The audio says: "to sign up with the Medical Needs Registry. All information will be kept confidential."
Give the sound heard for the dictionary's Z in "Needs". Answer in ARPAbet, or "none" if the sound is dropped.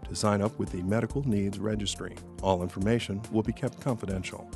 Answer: Z